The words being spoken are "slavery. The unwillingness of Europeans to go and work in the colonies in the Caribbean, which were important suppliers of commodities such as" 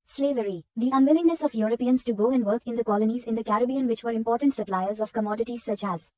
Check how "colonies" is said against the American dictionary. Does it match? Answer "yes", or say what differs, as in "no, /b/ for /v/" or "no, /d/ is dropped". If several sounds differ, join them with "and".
yes